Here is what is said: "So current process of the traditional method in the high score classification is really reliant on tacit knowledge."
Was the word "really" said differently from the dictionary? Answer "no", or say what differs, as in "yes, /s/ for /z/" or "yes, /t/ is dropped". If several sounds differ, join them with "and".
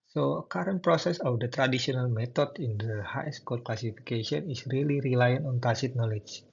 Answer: no